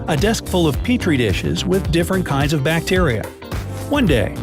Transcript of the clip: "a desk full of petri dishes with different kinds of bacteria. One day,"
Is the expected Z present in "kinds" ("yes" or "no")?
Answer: yes